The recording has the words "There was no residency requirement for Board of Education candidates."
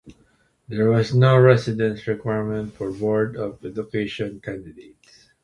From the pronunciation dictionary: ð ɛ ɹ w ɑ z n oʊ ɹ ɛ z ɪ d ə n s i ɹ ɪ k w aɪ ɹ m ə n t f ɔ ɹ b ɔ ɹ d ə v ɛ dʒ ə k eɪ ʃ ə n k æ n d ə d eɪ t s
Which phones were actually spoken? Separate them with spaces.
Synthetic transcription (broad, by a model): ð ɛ ɹ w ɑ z n oʊ ɹ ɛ s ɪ d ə n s ɹ ɪ k w aɪ ɹ m ə n t f ɔ ɹ b ɔ ɹ d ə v ɛ dʒ ə k eɪ ʃ ə n k æ n d ə d eɪ t s